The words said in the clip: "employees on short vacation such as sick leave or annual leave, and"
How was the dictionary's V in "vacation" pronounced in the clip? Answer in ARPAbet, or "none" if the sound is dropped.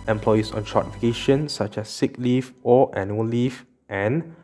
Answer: F